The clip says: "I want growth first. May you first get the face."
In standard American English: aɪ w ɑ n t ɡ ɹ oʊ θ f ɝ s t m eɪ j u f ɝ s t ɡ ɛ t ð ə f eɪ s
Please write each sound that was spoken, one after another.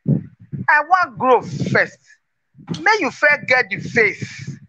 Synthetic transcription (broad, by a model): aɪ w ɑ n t ɡ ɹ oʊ f f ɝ s t m eɪ j u f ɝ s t ɡ ɛ t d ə f eɪ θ